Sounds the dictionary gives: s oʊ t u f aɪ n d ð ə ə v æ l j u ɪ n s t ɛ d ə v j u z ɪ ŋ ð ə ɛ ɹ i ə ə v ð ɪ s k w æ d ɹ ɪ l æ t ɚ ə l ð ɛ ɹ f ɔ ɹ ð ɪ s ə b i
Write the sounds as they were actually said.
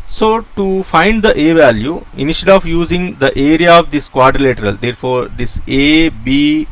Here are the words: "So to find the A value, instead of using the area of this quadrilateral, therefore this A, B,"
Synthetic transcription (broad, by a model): s oʊ t u f aɪ n d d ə ə v æ l j u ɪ n ʃ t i ə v j u z ɪ ŋ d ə ɛ ɹ i ə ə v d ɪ s k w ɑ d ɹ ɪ l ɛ t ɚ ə l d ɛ ɹ f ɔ ɹ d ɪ s ə b i